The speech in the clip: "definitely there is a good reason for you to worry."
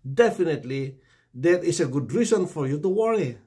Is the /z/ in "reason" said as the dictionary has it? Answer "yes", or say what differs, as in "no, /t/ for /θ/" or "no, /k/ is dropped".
no, /s/ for /z/